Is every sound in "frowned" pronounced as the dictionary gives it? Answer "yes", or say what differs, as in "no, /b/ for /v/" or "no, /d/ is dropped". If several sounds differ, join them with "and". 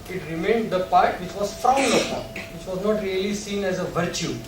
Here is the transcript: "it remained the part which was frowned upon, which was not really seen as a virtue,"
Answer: no, /ɹ/ is dropped